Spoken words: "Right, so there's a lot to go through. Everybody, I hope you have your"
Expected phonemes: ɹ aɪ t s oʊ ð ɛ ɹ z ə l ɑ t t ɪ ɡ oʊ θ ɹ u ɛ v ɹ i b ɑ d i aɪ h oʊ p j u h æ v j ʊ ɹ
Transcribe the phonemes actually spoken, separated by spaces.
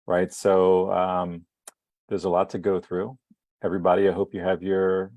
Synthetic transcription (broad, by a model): ɹ aɪ t s oʊ ð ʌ ɹ z ə l ɑ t t ɪ ɡ oʊ θ ɹ u ɛ v ɹ i b ɑ d i aɪ h oʊ p j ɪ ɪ v j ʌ ɹ